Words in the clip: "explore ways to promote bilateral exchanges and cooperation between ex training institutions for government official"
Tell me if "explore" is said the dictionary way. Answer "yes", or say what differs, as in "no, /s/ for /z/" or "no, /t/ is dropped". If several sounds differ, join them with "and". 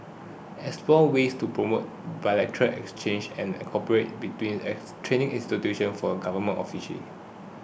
no, /k/ is dropped